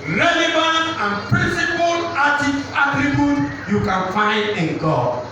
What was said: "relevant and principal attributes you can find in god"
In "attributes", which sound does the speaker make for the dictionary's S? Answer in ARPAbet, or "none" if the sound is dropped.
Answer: none